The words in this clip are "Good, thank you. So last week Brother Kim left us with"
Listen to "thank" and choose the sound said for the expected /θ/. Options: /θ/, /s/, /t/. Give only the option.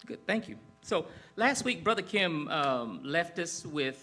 /θ/